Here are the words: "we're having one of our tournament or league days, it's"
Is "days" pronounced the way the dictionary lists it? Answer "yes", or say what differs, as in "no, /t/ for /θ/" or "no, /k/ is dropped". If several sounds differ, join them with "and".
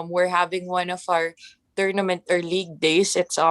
no, /s/ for /z/